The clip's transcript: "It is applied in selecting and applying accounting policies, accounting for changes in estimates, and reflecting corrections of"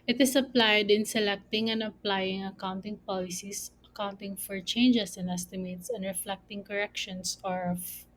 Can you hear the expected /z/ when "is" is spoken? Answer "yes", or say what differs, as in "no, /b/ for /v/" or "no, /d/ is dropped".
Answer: no, /s/ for /z/